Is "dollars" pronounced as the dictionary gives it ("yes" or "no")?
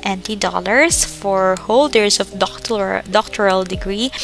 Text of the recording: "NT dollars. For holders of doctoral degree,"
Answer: no